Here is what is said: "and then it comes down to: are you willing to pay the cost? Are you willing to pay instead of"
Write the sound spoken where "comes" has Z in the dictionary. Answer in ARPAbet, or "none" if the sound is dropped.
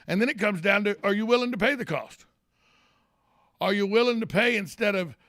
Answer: Z